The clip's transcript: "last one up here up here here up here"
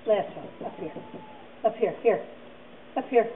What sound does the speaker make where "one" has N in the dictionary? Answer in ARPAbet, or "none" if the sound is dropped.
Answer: none